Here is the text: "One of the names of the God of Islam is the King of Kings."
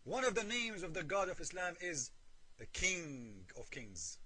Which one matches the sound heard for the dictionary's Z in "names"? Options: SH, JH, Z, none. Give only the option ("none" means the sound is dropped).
Z